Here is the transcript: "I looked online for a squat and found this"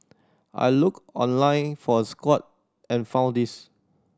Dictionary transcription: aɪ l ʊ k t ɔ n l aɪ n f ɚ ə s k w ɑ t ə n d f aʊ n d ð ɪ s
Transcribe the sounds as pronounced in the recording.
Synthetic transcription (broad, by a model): aɪ l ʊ k ɔ n l aɪ n f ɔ ə s k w ɑ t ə n f aʊ n d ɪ s